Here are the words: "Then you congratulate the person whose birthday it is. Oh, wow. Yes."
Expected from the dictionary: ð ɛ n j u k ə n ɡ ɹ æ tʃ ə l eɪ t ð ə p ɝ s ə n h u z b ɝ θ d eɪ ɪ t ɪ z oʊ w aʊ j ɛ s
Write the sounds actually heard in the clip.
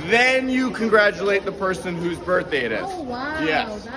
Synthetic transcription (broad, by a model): ð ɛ n j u k ə n ɡ ɹ æ tʃ ə l eɪ t ð ə p ɝ s ə n h u z b ɝ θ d eɪ ɪ t ɪ z j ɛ s